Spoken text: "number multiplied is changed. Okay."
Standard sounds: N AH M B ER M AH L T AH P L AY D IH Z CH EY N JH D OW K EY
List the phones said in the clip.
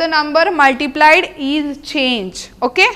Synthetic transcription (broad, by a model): N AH M B ER M AH L T AH P L AY D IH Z CH EY N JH OW K EY